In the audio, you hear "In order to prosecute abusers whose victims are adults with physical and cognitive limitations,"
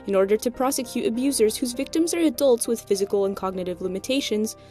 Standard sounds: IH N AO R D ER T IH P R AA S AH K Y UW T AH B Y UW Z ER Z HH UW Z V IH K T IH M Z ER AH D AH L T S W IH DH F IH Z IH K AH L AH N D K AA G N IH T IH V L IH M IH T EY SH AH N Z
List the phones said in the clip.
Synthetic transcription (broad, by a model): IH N AO R D ER T IH P R AA S AH K Y UW T AH B Y UW Z ER Z HH UW Z V IH K T IH M Z ER AH D AH L T S W IH DH F IH Z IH K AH L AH N K AA G N IH T IH V L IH M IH T EY SH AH N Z